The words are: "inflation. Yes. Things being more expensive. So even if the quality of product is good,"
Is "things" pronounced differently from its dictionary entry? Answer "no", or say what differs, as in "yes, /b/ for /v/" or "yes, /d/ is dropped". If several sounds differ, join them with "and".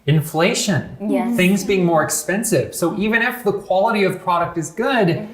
no